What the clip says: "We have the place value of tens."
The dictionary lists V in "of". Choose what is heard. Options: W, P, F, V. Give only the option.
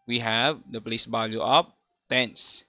P